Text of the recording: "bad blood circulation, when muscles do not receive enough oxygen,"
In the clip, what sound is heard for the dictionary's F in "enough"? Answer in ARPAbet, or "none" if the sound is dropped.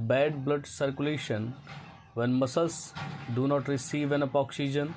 P